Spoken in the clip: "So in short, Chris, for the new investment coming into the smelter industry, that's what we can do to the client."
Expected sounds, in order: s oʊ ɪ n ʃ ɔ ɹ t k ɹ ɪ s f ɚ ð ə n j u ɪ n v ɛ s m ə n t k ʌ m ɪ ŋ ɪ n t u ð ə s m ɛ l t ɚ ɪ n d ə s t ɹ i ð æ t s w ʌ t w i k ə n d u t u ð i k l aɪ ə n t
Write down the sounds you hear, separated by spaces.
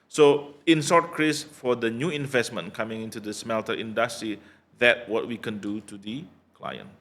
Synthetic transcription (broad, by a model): s oʊ ɪ n s ɔ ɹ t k ɹ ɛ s f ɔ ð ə n j u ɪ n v ɛ s m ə n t k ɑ m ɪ ŋ ɪ n t u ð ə s m ɛ l t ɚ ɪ n d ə s t ɹ i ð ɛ t w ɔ t w i k ə n d u t u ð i k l aɪ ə n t